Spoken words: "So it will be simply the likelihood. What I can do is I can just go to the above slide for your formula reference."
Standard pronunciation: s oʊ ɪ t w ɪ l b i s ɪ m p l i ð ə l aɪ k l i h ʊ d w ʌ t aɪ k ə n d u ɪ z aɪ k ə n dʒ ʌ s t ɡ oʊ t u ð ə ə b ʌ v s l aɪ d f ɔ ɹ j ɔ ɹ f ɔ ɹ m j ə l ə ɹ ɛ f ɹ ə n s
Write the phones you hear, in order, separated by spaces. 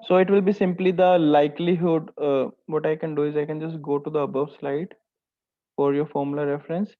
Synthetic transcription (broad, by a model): s oʊ ɪ t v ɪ l b i s ɪ m p l i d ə l aɪ k l i h ʊ d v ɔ t aɪ k ə n d u ɪ z aɪ k ə n dʒ ʌ s t ɡ oʊ t u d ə ə b ʌ v s l aɪ d f ɔ ɹ j ɔ ɹ f ɔ ɹ m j l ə ɹ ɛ f ɹ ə n s